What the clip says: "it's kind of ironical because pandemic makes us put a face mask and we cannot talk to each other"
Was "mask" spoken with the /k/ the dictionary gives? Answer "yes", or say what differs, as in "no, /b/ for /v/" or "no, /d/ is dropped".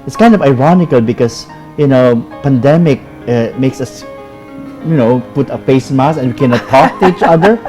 no, /k/ is dropped